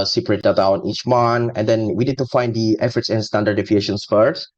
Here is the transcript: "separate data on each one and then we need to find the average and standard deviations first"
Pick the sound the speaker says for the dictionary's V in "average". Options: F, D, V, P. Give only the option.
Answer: F